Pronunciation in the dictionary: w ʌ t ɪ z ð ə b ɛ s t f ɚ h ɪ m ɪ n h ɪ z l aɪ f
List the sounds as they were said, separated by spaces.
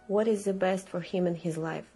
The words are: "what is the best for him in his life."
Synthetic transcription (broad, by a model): w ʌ t ɪ z ð ə b ɛ s t f ɚ h ɪ m ɪ n h ɪ z l aɪ f